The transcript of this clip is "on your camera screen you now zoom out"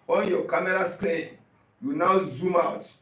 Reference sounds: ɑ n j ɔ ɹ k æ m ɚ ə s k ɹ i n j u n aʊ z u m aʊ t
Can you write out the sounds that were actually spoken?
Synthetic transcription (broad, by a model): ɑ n j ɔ k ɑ m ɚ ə s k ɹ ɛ j u n aʊ z u m aʊ t